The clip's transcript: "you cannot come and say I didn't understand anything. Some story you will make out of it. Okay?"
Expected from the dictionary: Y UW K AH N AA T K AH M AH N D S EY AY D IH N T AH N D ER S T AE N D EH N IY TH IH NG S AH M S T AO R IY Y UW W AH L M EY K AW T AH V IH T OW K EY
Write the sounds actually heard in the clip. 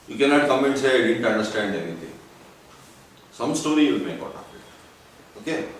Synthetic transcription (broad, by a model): Y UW K AH N AA T K AH M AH N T S EY AY D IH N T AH N D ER S T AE N D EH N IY T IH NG S AH M S T AO R IY Y UW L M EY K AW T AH P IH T OW K EY